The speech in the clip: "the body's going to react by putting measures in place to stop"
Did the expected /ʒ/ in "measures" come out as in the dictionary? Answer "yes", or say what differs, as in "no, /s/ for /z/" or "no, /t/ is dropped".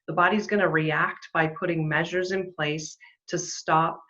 yes